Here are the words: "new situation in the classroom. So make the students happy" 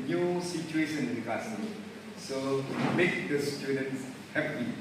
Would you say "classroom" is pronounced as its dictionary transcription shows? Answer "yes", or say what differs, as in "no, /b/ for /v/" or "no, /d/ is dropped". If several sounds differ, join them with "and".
no, /ɹ/ is dropped